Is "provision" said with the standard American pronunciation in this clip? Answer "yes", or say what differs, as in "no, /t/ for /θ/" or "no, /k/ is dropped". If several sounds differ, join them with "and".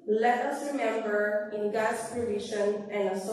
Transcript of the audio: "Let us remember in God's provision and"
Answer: no, /ʃ/ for /ʒ/